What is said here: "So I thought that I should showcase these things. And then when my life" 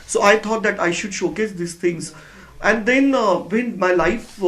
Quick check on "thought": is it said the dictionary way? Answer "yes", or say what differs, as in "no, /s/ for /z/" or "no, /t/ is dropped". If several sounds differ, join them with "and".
no, /t/ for /θ/